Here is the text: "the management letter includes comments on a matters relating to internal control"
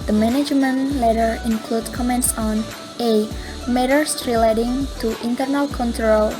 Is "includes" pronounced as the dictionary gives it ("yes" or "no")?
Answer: no